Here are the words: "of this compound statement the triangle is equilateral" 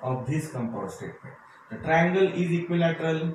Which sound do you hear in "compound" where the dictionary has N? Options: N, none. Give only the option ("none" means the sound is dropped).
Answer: none